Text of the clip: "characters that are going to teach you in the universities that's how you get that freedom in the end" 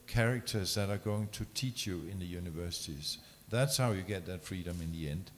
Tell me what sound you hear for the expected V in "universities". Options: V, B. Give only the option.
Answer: V